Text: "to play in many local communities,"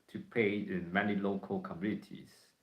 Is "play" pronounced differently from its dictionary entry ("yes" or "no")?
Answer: yes